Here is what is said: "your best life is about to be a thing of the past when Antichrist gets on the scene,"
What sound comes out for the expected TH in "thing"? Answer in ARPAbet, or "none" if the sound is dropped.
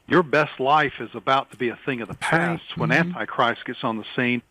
TH